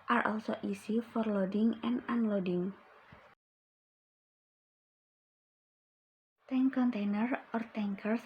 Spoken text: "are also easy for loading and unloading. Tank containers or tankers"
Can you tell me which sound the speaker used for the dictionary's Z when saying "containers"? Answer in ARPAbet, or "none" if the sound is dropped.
none